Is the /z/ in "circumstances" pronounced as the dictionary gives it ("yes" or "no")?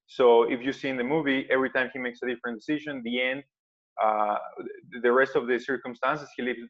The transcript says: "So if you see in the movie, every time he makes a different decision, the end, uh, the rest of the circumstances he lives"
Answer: no